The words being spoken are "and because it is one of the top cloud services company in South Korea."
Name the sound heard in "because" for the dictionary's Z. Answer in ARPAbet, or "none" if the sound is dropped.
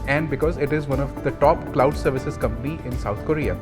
Z